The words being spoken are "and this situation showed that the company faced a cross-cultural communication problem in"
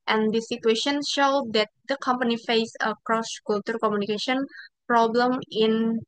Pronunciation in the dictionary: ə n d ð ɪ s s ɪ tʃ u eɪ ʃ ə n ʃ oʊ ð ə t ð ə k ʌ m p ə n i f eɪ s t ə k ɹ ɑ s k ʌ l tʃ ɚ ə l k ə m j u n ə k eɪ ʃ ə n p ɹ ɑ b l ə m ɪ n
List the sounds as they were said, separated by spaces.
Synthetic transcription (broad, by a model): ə n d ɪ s s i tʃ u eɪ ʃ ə n ʃ oʊ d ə t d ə k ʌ m p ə n i f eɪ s ə k ɹ ɑ s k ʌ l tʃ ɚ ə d k ə m j u n ə k eɪ ʃ ə n p ɹ ɑ b l ə m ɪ n